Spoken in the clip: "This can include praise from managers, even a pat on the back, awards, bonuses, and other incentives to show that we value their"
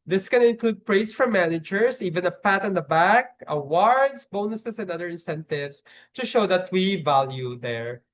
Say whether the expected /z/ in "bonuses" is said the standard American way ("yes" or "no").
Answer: no